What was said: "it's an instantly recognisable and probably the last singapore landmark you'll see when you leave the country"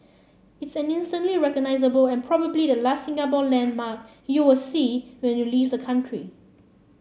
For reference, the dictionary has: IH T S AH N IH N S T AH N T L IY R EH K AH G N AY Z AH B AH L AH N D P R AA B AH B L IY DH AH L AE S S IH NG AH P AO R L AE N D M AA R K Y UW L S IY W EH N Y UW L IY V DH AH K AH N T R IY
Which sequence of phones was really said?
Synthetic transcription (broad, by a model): IH T S AH N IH N S T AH N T L IY R EH K AH G N AY Z AH B AH L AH N P R AA B AH B L IY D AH L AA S S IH NG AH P AO L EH N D M AA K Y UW W S IY W EH N Y UW L IY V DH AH K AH N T R IY